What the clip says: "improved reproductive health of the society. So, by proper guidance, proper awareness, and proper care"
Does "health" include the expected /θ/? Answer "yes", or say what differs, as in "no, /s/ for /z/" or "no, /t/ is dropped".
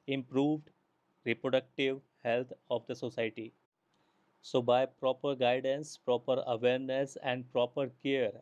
no, /t/ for /θ/